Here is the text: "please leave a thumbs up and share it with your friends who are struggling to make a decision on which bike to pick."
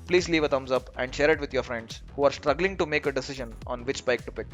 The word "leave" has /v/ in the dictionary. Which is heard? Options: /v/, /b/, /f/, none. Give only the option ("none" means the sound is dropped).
/v/